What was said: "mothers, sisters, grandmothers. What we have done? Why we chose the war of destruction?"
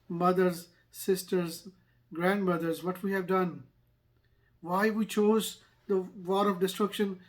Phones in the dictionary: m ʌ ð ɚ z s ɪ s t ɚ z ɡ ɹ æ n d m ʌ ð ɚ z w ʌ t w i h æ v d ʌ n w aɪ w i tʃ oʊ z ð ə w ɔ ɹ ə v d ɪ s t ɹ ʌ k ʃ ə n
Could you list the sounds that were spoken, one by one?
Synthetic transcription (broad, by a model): m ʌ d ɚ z s ɪ s t ɚ z ɡ ɹ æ n d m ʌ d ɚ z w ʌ t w i h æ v d ʌ n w aɪ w i tʃ oʊ z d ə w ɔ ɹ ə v d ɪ s t ɹ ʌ k ʃ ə n